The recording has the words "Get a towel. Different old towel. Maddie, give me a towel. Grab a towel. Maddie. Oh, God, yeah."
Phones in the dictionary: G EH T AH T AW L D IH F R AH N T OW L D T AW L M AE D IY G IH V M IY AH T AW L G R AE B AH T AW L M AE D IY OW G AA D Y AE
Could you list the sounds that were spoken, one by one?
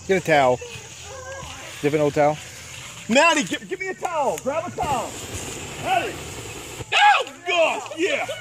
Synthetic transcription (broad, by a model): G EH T AH T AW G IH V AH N OW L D T AW L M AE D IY G IH V M IY AH T AW L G R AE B AH T AW L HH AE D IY OW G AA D Y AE